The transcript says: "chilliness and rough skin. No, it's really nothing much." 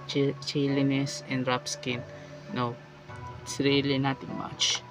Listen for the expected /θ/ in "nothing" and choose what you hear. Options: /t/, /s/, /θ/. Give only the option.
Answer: /t/